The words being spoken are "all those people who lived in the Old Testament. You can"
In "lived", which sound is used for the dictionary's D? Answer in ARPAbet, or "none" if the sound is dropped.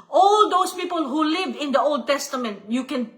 none